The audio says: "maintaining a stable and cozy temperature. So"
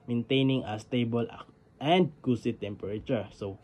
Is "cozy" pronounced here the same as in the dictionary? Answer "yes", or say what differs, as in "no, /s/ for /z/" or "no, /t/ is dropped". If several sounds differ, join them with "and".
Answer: no, /s/ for /z/